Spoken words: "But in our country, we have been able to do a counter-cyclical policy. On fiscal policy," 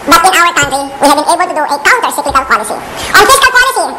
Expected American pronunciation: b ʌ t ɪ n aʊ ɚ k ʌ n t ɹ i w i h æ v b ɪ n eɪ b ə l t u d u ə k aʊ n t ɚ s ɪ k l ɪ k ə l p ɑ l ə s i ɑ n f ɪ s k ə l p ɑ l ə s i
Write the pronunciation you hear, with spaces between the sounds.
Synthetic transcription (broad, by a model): b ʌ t ɪ n aʊ ɚ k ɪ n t i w i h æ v b ɪ n eɪ b ə l t u d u ə k aʊ n t ɚ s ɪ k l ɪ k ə l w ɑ l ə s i ɑ n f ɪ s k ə l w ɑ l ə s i